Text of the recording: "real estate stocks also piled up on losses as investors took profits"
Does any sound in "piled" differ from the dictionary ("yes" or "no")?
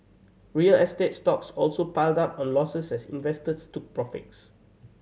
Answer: no